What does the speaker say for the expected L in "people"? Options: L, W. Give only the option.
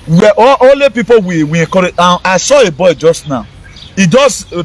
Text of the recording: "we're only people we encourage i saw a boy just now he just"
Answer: W